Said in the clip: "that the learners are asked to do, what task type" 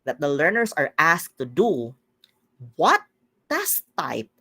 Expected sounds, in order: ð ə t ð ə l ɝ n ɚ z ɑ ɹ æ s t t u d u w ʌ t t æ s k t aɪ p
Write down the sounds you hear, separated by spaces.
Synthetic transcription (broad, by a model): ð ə t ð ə l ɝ n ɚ s ɑ ɹ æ s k t u d u w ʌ t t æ s t aɪ p